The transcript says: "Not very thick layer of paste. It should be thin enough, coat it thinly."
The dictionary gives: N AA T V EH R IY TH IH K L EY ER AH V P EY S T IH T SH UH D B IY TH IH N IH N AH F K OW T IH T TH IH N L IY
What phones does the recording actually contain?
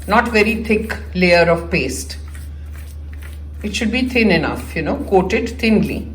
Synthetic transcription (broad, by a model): N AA T V EH R IY T IH K L EY ER AH V P EY S T IH T SH UH D B IY T IH N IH N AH F K OW T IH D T IH N L IY